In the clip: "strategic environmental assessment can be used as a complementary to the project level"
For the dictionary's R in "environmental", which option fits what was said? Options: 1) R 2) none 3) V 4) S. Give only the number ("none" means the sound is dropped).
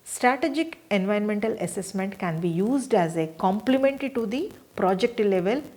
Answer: 2